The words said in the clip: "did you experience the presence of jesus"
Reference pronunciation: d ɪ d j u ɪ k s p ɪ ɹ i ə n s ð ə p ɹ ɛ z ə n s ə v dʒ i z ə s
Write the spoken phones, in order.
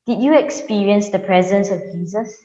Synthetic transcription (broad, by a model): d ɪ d j u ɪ k s p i ɹ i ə n s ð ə p ɹ ɛ z ə n s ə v dʒ i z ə s